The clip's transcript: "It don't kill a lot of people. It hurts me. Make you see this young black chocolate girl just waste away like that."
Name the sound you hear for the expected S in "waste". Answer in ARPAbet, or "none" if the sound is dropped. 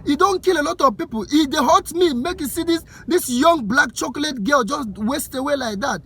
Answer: S